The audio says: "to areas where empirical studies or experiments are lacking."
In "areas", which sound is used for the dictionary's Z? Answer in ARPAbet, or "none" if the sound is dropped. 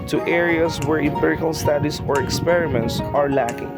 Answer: S